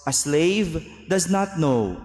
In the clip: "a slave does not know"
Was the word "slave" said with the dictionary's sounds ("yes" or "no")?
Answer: yes